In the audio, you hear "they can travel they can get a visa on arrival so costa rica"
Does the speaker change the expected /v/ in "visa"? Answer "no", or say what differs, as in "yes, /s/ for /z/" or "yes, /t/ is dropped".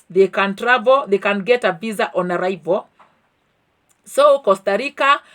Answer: yes, /b/ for /v/